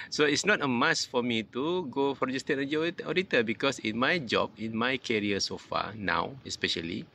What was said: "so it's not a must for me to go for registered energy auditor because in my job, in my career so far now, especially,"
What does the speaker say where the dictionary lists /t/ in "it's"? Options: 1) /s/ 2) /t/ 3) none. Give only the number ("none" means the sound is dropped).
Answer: 2